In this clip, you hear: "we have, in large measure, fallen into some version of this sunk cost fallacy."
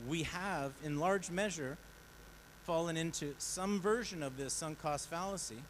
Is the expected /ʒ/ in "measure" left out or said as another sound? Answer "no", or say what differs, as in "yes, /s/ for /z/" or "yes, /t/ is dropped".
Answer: no